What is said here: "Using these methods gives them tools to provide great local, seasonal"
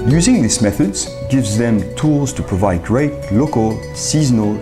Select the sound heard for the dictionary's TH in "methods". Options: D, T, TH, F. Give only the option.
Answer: TH